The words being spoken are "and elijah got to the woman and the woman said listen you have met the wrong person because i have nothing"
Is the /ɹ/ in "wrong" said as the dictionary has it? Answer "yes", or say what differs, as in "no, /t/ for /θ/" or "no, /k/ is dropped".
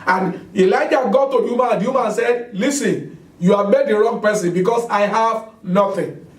yes